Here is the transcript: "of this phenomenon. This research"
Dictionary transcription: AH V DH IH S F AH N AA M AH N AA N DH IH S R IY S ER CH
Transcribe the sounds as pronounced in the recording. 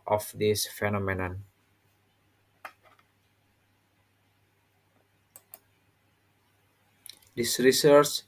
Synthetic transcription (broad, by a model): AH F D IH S F AH N AA M AH N AA N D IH S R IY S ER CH